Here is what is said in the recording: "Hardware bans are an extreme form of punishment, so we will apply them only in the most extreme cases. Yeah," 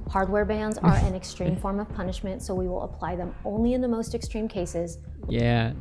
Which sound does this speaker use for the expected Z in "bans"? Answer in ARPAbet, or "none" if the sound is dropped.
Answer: Z